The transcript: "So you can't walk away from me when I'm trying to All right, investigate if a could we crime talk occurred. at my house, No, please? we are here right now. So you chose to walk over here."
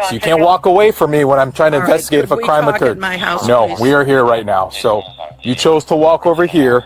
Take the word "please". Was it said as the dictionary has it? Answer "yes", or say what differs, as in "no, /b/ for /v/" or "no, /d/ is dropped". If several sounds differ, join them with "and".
no, /z/ is dropped